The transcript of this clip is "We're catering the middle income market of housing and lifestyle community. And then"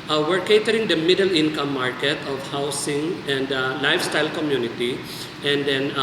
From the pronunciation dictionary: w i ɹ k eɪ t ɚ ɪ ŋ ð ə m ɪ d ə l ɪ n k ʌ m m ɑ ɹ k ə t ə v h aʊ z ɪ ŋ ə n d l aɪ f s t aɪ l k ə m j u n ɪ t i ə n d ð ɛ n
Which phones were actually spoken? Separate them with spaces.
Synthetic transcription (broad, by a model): w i ɹ k eɪ t ɚ ɪ ŋ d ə m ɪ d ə l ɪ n k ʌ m m ɑ ɹ k ə t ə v h aʊ s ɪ ŋ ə n d l aɪ f s t aɪ l k ə m j u n ɪ t i ə n d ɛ n